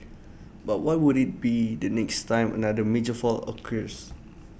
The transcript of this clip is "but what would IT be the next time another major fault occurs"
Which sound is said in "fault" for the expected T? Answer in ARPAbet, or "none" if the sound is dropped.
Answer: none